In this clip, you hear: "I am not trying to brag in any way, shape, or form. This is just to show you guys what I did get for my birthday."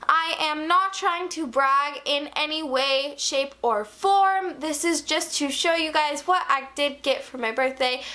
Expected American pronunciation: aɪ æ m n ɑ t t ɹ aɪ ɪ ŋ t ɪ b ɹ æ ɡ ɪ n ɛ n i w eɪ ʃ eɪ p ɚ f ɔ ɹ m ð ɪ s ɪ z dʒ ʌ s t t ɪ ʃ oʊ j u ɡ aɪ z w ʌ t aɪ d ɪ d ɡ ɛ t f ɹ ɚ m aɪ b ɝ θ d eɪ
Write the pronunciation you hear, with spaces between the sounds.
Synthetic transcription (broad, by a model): aɪ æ m n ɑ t t ɹ aɪ ɪ ŋ t ɪ b ɹ æ ɡ ɪ n ɛ n i w eɪ ʃ eɪ p ɚ f ɔ ɹ m ð ɪ s ɪ z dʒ ʌ s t t ɪ ʃ oʊ j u ɡ aɪ z w ʌ t aɪ d ɪ d ɡ ɛ t f ɹ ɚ m aɪ b ɝ θ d eɪ